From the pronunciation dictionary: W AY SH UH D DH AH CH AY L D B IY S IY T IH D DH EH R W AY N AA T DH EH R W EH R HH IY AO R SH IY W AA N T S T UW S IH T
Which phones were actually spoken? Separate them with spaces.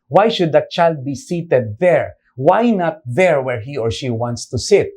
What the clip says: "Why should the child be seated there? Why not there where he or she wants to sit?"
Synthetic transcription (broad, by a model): W AY SH UH D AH CH AY L D B IY S IY T IH D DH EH R W AY N AA T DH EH R W EH R HH IY AO R SH IY W AA N T S T UW S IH T